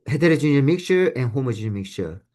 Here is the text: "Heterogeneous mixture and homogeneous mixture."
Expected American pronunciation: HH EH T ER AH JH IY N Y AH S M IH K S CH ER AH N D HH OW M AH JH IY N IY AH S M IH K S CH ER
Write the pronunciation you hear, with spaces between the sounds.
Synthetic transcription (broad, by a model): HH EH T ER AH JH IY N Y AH M IH K S CH ER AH N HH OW M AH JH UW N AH M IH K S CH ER